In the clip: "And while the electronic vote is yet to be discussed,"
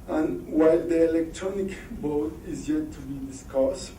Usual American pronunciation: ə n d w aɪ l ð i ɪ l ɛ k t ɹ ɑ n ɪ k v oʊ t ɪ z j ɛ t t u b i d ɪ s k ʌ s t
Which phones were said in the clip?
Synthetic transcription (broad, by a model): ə n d w aɪ l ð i ɪ l ɛ k t ɹ ɑ n ɪ k b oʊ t ɪ z j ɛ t t u b i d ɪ s k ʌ s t